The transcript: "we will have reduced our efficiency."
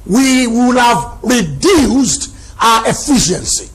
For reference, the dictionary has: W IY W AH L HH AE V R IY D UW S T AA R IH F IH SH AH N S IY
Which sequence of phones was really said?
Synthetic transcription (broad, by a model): W IY W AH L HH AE V R IY D UW S T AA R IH F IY SH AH N S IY